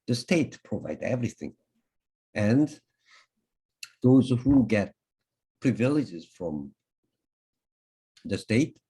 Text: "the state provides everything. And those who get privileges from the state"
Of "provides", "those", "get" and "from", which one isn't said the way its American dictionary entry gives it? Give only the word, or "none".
provides